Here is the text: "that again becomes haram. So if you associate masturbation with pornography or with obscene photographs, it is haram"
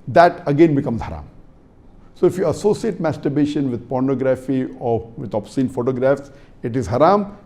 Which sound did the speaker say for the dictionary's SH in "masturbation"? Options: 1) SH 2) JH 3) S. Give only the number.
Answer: 1